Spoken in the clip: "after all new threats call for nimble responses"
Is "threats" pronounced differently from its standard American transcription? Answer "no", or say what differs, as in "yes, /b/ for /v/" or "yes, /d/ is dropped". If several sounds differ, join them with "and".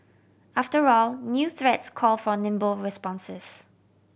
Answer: no